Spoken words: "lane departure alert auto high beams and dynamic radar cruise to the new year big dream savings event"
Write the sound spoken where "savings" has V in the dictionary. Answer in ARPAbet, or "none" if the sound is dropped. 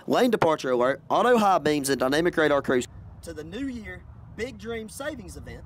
V